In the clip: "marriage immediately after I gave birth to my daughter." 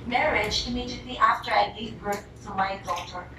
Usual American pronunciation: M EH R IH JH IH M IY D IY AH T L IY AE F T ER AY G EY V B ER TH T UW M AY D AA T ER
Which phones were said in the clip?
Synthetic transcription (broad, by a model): M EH R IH JH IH M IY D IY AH T L IY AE F T ER AY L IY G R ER S T UW M AY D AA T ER